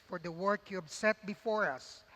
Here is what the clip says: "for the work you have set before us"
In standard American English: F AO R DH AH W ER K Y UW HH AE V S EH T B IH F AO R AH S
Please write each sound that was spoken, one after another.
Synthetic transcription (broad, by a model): F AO R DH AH W ER K Y UW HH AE B S EH T B IH F AO R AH S